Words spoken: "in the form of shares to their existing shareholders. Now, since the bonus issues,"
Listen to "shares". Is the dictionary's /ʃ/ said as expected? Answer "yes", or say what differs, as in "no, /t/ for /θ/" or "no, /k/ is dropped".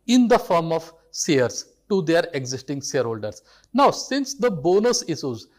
no, /s/ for /ʃ/